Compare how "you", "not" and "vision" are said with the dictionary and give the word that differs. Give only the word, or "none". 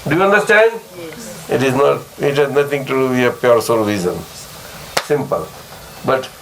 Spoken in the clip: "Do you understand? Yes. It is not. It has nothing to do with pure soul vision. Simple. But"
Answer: vision